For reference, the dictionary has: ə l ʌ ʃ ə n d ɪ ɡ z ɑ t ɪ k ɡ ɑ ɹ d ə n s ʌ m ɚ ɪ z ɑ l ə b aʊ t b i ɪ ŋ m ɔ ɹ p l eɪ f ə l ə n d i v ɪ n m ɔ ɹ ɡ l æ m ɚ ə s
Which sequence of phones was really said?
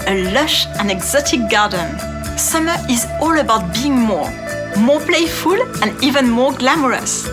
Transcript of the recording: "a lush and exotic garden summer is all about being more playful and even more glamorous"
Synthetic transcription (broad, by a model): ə l ʌ ʃ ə n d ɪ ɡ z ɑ t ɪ k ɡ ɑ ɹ d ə n s ʌ m ɚ ɪ z ɑ l ə b aʊ t b i ɪ ŋ m ɔ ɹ p l eɪ f ə l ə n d i v ɪ n m ɔ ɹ ɡ l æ m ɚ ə s